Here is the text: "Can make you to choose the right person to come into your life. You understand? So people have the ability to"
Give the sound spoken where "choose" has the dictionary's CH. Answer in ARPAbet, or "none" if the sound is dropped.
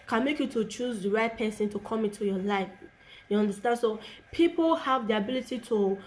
CH